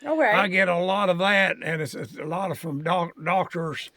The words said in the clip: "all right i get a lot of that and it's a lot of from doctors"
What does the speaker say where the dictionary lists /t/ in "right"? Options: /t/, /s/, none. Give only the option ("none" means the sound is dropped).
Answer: none